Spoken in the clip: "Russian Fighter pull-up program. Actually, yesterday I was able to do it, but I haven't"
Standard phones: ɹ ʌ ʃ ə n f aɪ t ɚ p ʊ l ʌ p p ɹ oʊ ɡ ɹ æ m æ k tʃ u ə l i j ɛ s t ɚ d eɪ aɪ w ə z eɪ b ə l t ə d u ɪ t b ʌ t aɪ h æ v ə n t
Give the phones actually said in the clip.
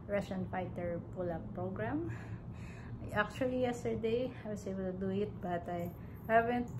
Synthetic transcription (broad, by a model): ɹ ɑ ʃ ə n f aɪ t ɚ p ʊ l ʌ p p ɹ oʊ ɡ ɹ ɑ m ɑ k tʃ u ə l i j ɛ s t ɚ d eɪ aɪ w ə s eɪ b ə l t ə d u ɪ t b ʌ t aɪ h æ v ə n t